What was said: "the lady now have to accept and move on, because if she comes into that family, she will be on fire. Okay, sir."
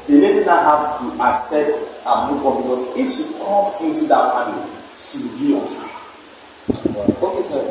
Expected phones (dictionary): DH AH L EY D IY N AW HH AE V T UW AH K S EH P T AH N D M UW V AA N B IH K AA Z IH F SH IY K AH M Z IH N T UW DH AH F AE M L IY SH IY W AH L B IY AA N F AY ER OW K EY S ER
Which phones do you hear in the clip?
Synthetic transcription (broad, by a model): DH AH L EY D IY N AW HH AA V T UW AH S EH T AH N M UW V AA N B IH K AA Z IH F SH IY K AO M IH N T UW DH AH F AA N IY SH IY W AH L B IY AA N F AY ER OW K EY S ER